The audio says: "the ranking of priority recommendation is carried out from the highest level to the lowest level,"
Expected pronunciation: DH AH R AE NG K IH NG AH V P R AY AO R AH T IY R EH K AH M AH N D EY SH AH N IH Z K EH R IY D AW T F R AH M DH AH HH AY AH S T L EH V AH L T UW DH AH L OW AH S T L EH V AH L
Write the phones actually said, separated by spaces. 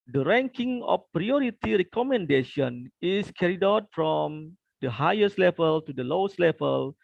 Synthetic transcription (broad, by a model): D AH R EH NG K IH NG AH F P R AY AO R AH T IY R EH K AH M AH N D EY SH AH N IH S K EH R IY D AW T F R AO M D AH HH AY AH S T L EH V AH L T UW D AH L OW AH S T L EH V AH L